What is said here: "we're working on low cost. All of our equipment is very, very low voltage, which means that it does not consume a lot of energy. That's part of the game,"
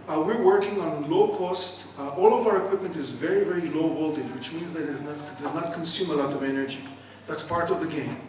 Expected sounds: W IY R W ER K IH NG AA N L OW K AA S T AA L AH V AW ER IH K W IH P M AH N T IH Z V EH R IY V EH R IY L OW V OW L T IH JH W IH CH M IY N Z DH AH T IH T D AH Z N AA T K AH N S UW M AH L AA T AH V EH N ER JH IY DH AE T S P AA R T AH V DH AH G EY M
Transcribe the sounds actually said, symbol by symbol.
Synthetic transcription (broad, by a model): W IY R W ER K IH NG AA N L OW K AA S T AA L AH V AW ER IH K W IH P M AH N T IH Z V EH R IY V EH R IY L OW B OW L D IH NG W IH CH M IY N Z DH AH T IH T D AH Z N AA T K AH N S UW M AH L AA T AH V EH N ER JH IY DH AE T S P AA R T AH V DH AH G EY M